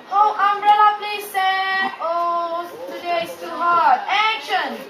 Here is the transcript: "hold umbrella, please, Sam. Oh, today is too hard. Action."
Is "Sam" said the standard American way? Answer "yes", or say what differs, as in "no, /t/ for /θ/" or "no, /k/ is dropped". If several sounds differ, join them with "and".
no, /m/ is dropped